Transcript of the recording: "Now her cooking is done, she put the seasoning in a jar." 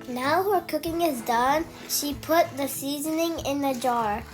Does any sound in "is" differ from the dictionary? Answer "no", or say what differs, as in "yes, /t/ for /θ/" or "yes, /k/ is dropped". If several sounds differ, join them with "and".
no